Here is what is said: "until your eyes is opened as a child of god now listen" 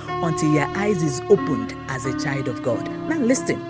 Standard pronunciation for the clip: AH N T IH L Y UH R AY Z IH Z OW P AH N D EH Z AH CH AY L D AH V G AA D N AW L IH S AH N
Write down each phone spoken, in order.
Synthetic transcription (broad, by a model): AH N T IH L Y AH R AY Z IH Z OW P AH N D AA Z AH CH AY L D AH V G AA D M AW L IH S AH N